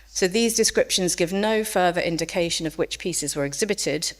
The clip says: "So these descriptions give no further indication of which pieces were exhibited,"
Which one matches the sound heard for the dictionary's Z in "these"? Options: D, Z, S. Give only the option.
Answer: Z